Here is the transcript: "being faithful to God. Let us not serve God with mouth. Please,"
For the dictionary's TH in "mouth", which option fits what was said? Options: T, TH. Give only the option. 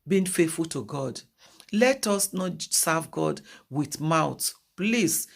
T